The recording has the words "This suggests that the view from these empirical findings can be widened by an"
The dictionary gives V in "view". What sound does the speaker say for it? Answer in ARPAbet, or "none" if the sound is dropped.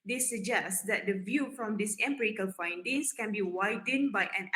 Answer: V